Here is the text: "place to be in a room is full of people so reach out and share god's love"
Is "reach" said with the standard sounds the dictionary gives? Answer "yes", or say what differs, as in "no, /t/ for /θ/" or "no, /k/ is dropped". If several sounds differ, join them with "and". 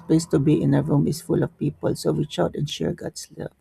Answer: no, /w/ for /ɹ/